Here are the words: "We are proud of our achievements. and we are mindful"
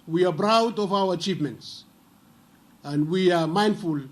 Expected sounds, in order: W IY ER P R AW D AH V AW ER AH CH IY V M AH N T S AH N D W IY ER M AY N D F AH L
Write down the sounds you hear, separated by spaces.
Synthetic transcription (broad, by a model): W IY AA B R AW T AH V AW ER AH CH IY V M AH N T S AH N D W IY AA M AY N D F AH L